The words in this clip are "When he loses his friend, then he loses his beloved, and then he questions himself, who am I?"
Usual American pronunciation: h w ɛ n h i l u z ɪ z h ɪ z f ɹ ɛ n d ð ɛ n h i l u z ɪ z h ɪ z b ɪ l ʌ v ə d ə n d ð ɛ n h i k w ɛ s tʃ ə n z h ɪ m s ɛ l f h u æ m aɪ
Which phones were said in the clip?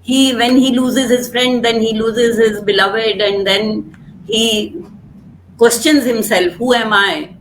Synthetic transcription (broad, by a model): h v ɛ n h i l u z ɪ z h ɪ z f ɹ ɛ n d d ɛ n h i l u z ɪ z h ɪ z b ɪ l ʌ v ə d ə n d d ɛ n h i k w ɛ s tʃ ə n z h ɪ m s ɛ l f h u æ m aɪ